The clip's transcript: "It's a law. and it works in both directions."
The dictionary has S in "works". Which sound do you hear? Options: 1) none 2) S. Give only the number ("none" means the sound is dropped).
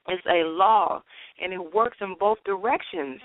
2